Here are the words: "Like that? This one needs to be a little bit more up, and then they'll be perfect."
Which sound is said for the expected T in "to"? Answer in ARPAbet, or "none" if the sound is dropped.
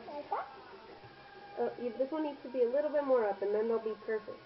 T